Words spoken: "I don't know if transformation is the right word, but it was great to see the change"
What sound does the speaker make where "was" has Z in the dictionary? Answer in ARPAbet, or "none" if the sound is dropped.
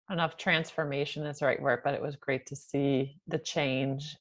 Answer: Z